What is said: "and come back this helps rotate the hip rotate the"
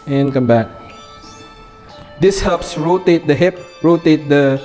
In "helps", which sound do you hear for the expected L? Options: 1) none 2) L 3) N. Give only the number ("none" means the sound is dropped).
1